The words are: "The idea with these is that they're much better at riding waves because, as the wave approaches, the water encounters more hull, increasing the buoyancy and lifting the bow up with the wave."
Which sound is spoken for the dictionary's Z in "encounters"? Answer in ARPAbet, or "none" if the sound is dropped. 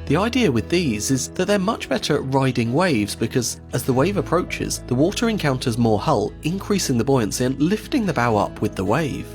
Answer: Z